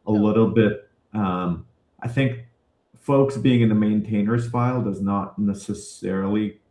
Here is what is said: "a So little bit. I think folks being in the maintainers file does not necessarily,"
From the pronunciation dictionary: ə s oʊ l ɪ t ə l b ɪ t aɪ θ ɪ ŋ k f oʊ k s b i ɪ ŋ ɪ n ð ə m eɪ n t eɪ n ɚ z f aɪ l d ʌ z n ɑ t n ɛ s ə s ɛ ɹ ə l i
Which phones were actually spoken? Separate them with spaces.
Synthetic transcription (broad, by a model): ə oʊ l ɪ t l b ɪ t aɪ θ ɪ ŋ k f oʊ k s b i ɪ ŋ ɪ n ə m eɪ n t eɪ n ɚ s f aɪ l d ʌ z n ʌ t n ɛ s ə s ɛ ɹ l i